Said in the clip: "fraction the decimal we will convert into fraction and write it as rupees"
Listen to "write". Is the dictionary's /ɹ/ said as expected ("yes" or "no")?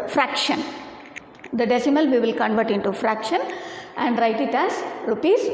yes